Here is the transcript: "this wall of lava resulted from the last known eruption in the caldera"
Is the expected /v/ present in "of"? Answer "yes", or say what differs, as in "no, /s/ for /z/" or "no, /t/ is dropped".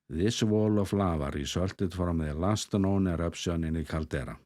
no, /f/ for /v/